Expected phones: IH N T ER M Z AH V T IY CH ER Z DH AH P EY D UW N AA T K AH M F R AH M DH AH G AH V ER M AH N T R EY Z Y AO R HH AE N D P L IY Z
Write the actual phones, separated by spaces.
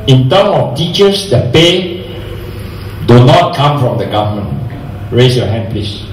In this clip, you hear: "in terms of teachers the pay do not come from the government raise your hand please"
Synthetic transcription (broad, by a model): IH N T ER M AH F T IY CH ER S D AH P EY D UW N AA T K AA M F R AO M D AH G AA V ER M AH N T R EY S Y AO HH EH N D P L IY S